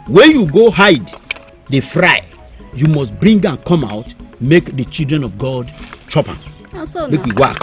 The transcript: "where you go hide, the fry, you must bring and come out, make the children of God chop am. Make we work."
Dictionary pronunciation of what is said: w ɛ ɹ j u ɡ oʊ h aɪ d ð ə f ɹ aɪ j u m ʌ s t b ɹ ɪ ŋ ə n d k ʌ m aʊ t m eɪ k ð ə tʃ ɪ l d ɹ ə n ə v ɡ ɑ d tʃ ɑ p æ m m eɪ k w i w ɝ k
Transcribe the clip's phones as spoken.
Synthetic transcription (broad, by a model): w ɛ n j u ɡ oʊ h aɪ d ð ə f ɹ aɪ j u m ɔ s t b ɹ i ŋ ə n k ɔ m aʊ t m eɪ k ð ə tʃ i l d ɹ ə n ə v ɡ ɑ d tʃ ɑ p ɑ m m eɪ k w i w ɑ k